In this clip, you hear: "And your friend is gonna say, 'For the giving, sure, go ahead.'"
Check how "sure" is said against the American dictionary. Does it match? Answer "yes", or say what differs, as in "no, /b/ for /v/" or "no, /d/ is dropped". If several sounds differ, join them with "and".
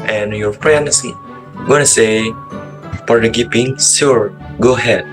no, /s/ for /ʃ/